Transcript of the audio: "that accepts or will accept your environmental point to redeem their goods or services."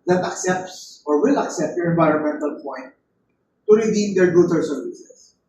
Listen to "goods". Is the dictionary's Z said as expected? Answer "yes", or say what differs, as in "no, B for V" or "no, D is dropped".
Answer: no, Z is dropped